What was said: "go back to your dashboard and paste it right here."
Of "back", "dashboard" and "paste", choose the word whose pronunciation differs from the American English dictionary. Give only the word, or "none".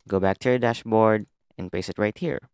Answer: paste